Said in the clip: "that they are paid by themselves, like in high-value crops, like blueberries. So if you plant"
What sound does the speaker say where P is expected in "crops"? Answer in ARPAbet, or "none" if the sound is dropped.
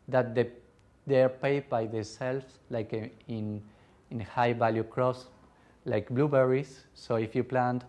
none